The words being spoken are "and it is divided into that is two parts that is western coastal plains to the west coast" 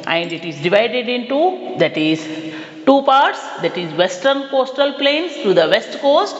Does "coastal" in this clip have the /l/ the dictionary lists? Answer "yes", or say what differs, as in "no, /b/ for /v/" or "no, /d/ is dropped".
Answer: yes